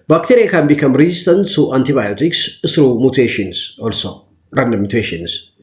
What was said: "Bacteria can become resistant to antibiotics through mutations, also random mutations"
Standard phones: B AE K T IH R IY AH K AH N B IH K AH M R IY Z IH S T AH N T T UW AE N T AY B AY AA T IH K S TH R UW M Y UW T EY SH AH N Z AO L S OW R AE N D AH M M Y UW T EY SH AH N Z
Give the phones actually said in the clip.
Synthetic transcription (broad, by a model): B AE K T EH R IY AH K AH N B IH K AH M R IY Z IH S T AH N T T UW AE N T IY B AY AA T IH K S S R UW M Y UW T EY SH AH N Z AO L S OW R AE N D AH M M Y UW T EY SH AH N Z